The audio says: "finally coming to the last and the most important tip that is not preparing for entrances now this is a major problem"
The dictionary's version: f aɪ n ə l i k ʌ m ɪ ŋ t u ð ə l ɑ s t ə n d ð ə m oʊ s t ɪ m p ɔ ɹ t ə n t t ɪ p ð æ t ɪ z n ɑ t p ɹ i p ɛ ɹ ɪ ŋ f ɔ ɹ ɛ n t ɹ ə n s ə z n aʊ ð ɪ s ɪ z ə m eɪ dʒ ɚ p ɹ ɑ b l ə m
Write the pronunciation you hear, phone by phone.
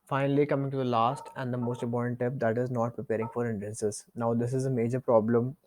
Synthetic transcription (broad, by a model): f aɪ n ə l i k ʌ m ɪ ŋ t u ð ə l ɑ s t ə n d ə m oʊ s t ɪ p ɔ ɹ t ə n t t ɪ p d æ t ɪ z n ɑ t p ɹ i p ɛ ɹ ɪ ŋ f ɔ ɹ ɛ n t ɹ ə n s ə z n aʊ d ɪ s ɪ z ə m eɪ dʒ ɚ p ɹ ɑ b l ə m